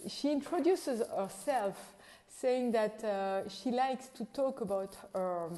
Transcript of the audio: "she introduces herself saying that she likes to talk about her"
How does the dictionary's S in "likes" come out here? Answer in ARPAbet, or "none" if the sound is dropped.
S